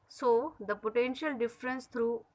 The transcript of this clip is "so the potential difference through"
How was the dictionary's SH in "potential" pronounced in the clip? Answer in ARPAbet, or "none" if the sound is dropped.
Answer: SH